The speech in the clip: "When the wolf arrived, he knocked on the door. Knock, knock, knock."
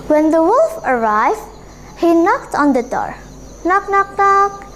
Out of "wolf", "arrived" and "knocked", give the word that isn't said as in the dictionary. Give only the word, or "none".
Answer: none